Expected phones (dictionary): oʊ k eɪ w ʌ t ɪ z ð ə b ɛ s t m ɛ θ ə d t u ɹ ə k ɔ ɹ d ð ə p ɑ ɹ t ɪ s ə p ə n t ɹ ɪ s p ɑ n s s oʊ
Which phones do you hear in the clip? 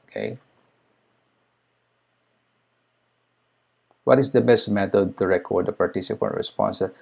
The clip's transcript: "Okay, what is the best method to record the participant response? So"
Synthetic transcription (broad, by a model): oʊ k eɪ w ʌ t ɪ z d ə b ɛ s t m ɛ t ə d t u ɹ ə k ɔ ɹ d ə p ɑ ɹ t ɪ s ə p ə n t ɹ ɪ s p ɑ n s s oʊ